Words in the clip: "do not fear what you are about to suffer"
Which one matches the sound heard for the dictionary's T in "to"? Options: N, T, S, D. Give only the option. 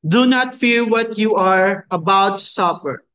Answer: S